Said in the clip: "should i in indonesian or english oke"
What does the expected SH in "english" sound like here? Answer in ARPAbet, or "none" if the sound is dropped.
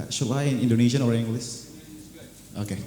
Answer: S